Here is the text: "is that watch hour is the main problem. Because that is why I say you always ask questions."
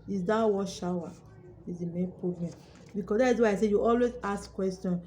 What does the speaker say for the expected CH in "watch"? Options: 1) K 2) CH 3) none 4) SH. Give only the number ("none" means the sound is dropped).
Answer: 4